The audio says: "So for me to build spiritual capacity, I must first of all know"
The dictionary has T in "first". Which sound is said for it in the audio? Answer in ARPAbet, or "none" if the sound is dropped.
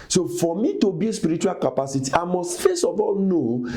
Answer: none